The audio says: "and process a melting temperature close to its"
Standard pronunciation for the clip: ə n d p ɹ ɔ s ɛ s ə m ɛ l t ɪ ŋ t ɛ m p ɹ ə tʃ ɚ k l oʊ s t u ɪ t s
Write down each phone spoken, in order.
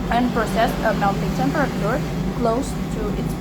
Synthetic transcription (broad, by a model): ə n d p ɹ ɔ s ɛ s ə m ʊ n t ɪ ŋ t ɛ m p ɹ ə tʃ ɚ k l oʊ s t u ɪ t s